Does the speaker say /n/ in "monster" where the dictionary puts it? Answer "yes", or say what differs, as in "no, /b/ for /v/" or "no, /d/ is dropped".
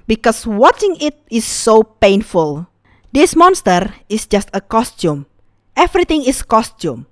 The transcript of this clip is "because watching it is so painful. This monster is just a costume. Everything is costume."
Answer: yes